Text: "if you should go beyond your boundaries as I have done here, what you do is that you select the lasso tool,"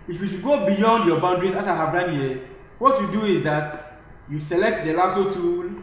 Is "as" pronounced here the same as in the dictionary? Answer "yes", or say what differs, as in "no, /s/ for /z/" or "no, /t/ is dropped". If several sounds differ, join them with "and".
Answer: no, /s/ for /z/